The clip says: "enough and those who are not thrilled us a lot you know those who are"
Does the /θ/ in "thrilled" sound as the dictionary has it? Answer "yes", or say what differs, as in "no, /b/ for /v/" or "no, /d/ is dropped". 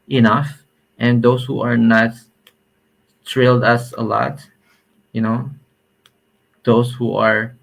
no, /t/ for /θ/